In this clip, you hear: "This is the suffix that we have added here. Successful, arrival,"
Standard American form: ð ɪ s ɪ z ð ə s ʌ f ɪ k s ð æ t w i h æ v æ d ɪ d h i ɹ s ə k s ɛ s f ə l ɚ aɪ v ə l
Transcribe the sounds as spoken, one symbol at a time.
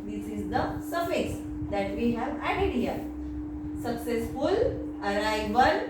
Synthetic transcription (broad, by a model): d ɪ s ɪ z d ə s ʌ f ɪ s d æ t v i h æ v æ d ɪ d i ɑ s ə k s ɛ s f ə l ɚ aɪ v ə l